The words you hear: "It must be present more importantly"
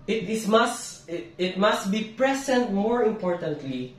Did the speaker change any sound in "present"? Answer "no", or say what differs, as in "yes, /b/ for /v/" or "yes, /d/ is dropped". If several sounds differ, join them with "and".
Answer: yes, /s/ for /z/